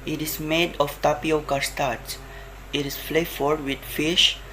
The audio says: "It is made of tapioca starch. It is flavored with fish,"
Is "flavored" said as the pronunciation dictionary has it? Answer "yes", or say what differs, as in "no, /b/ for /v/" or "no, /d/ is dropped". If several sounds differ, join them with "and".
no, /f/ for /v/